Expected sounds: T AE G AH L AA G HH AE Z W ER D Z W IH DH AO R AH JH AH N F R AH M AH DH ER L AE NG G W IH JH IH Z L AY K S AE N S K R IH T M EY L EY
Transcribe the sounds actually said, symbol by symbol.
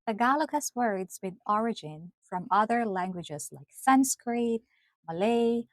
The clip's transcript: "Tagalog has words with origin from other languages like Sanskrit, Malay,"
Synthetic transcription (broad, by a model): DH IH G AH L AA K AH S W ER D Z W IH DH AO R AH JH AH N F R AH M AH DH ER L AE NG G W IH JH IH Z L AY K S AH N S K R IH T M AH L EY